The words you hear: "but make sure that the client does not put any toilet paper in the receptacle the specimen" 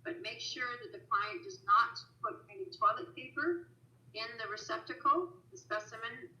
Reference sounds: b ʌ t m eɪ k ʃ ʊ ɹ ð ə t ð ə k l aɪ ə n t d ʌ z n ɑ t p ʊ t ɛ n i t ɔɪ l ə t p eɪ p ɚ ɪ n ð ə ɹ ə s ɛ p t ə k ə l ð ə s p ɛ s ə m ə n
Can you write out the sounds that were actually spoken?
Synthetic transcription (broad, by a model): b ʌ t m eɪ k ʃ ʊ ɹ ð ə t ð ə k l aɪ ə n d ʌ z n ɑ t p ʊ t ɛ n i t ɔɪ l ə t p eɪ p ɚ ɪ n ð ə ɹ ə s ɛ p t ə k l ð ə s p ɛ s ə m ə n